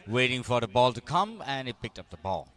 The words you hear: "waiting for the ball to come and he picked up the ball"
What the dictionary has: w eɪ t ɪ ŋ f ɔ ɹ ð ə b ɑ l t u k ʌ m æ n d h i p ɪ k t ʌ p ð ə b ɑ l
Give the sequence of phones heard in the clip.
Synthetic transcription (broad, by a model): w eɪ t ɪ ŋ f ɔ ɹ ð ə b ɑ l t u k ʌ m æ n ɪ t p ɪ k t ʌ p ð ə b ɑ l